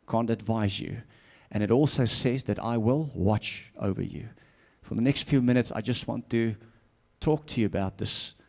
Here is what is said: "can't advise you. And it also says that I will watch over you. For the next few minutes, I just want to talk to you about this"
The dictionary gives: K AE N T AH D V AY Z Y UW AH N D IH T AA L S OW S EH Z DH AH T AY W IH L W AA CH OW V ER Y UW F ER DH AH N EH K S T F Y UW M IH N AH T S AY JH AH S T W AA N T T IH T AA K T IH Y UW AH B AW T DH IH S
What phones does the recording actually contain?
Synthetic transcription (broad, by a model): K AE N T AH D V AY Z Y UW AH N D IH T AA L S OW S EH Z DH AH T AY W IH L W AA CH OW V ER Y UW F ER DH AH N EH K S T F Y UW M IH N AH T S AY JH AH S T W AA N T T IH T AA K T IH Y UW AH B AW T DH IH S